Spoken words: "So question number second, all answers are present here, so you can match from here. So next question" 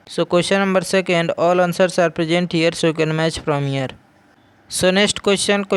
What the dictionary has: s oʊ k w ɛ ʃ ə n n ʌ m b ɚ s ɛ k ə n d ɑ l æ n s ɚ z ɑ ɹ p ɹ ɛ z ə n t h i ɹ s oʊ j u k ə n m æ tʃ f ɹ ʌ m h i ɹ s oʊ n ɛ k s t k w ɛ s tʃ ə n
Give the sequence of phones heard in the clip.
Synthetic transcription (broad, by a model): s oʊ k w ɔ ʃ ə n n ʌ m b ɚ s ɛ k ə n d ɑ l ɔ n s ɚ s ɑ ɹ p ɹ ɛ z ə n t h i ɹ s oʊ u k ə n m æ tʃ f ɹ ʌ m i ɹ s oʊ n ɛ s t k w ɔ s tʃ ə n